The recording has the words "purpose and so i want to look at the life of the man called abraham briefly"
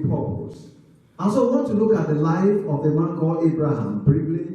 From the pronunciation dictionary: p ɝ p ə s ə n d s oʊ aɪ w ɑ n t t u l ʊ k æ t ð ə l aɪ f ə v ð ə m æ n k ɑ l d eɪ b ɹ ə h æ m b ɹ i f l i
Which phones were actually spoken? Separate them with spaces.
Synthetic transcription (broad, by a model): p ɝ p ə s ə n s oʊ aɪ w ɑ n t t u l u k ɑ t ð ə l aɪ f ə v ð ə m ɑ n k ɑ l eɪ b ɹ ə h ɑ m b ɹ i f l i